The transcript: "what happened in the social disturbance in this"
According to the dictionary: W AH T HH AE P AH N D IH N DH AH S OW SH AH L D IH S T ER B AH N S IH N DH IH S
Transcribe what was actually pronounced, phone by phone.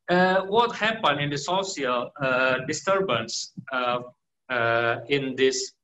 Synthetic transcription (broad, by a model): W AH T HH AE P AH N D IH N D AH S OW S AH L D IH S T ER B AH N S IH N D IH S